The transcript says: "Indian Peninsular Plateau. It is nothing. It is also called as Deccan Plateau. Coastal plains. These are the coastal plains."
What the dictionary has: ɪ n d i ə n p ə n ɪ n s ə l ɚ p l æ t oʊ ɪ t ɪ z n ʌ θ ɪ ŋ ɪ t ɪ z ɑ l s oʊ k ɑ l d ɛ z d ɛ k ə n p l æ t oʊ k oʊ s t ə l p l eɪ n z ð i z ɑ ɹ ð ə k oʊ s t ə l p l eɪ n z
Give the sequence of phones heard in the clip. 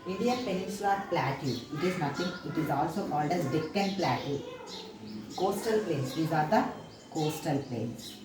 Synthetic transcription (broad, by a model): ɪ n d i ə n p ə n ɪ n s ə l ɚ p l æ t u ɪ t ɪ z n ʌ t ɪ ŋ ɪ t ɪ z ɑ l s oʊ k ɑ l d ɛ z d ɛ k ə n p l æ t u k oʊ s t ə l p l eɪ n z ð i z ɑ ɹ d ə k oʊ s t ə l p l eɪ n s